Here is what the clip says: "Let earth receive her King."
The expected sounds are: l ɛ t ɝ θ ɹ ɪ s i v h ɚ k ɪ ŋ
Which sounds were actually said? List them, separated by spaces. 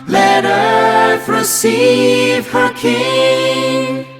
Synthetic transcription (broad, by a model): l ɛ t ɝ f ɹ ɪ s i v h ɚ k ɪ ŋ